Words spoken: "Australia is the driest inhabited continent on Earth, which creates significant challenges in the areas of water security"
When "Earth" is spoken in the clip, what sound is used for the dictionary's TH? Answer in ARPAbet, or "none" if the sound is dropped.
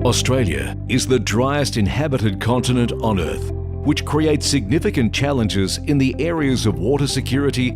TH